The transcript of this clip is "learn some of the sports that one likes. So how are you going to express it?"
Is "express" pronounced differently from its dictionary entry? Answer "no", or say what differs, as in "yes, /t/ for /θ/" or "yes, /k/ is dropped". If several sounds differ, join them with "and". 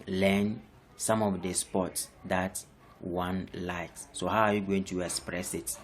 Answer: no